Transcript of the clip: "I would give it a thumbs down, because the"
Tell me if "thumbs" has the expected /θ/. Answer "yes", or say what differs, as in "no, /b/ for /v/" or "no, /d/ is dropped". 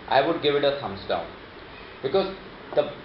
no, /s/ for /θ/